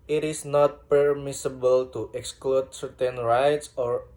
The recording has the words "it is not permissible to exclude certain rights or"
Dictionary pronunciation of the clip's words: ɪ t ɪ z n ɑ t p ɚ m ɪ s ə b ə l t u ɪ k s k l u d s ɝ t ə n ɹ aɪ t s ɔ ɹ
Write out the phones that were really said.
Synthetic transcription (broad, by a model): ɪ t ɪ s n ɑ t p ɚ m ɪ s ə b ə l t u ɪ k s k l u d s ɝ t ə n ɹ aɪ t s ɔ ɹ